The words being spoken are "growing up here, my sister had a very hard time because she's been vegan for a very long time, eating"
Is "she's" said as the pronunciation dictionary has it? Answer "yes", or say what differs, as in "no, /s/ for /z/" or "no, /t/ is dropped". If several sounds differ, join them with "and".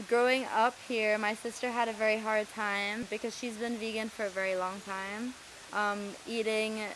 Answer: yes